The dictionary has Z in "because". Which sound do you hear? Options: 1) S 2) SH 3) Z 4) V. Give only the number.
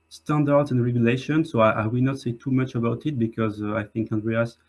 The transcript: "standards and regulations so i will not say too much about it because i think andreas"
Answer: 3